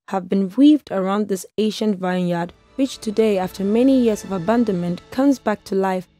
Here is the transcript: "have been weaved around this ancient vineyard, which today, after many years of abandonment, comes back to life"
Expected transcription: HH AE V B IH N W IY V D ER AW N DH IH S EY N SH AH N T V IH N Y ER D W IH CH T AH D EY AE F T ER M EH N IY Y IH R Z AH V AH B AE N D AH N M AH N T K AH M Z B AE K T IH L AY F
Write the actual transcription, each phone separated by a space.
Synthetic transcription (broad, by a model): HH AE V B IH N W IY V D ER AW N DH IH S EY SH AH N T V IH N Y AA D W IH CH T AH D EY AE F T ER M EH N IY Y IH R Z AH V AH B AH N D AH N M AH N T K AH M Z B AE K T IH L AY F